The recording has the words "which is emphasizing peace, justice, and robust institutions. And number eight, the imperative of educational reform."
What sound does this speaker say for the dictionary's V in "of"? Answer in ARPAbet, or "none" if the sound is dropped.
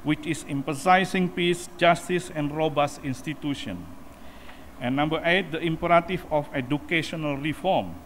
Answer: F